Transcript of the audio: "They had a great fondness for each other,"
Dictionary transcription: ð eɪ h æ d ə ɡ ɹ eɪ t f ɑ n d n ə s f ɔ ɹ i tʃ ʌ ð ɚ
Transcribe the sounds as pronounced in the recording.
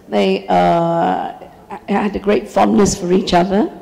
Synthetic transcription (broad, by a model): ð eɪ h æ d ə ɡ ɹ eɪ t f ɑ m n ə s f ɔ ɹ i tʃ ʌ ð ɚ